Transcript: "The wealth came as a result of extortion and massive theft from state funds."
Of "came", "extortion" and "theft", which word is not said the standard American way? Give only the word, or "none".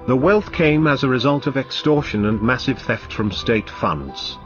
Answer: none